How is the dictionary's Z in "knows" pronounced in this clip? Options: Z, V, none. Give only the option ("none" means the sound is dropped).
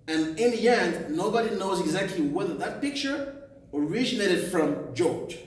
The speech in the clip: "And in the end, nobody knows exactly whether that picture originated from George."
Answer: Z